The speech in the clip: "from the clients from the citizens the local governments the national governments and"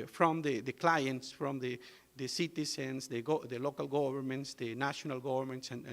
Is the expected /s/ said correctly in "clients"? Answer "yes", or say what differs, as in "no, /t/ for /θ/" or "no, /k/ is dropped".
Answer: yes